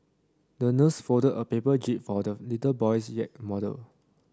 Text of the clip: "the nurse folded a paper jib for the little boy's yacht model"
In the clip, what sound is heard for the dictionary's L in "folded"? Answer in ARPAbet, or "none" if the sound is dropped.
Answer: none